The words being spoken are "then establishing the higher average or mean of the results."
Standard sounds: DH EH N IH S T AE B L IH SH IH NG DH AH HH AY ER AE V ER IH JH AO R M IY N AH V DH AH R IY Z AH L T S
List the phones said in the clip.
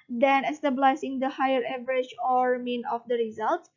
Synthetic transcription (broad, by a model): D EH N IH S T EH B L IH S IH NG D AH HH AY ER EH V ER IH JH AO R M IY N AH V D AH R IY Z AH L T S